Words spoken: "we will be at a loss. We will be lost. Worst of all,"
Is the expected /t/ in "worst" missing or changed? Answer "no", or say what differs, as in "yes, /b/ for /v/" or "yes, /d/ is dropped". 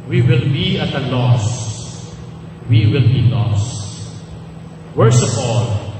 yes, /t/ is dropped